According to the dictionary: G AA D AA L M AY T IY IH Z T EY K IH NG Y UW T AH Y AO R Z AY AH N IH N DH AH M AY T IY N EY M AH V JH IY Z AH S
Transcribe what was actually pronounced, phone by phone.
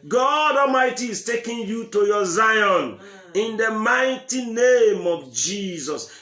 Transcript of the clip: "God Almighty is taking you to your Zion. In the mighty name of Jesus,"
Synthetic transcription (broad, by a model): G AA D AA L M AY T IY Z T EY K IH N Y UW T AH Y AO Z AY AH N IH N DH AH M AY T IY N EY M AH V JH IY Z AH S